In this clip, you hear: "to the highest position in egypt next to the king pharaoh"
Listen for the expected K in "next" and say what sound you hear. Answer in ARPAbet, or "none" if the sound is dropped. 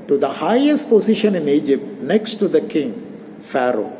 K